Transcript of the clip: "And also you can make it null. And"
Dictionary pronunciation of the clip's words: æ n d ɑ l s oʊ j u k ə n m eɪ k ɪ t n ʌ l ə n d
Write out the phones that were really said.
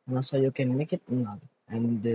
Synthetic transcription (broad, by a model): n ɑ s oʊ j u k ə n m eɪ k ɪ t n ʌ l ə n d